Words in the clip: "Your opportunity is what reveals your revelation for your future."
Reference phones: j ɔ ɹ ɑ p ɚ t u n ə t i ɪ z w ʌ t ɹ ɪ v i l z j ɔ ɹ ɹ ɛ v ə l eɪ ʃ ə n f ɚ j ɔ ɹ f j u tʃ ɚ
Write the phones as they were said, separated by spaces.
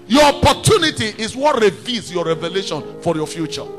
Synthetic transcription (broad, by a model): j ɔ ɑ p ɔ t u n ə t i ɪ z w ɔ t ɹ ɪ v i z j ɔ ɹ ɹ ɛ v ə l eɪ ʃ ə n f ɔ j ɔ f j u tʃ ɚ